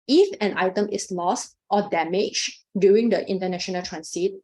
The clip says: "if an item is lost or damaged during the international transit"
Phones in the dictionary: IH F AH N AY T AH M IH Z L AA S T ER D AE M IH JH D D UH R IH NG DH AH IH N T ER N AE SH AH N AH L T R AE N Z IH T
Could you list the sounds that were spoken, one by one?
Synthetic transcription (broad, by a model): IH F AH N AY T AH M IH S L AA S T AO D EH M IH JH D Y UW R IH NG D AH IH N T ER N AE SH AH N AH L T R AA N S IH T